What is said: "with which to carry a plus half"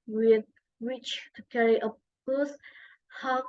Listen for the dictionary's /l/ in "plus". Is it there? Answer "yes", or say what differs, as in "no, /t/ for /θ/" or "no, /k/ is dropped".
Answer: no, /l/ is dropped